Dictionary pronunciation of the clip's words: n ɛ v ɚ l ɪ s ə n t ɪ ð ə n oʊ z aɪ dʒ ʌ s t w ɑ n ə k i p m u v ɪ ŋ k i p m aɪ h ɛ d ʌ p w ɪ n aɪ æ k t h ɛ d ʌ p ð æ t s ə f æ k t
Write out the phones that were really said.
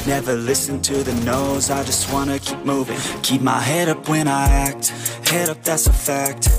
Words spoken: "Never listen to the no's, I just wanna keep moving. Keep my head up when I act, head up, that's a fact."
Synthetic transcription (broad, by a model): n ɛ v ɚ l ɪ s ə n t ɪ ð ə n oʊ z aɪ dʒ ʌ s t w ɑ n ə k i p m u v ɪ ŋ k i p m aɪ h ɛ d ʌ p w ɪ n aɪ æ k t h ɛ d ʌ p ð æ t s ə f æ k t